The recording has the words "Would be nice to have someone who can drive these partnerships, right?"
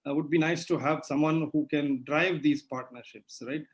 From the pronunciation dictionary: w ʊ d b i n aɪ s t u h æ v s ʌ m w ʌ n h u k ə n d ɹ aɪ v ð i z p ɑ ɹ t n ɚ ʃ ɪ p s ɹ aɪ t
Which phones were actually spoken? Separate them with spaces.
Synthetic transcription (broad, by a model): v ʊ d b i n aɪ s t u h æ v s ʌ m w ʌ n h u k ə n d ɹ aɪ v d i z p ɑ ɹ t n ɚ ʃ ɪ p s ɹ aɪ t